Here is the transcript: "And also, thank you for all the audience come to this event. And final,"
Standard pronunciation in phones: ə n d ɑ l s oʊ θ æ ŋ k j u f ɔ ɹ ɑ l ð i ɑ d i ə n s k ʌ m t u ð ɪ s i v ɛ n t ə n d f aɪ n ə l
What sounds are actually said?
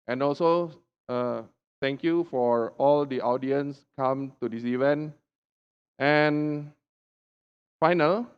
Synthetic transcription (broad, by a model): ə n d ɑ l s oʊ t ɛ ŋ k j u f ɔ ɹ ɑ l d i ɑ d i ə n s k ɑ m t u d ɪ s i v ɛ n t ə n f aɪ n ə l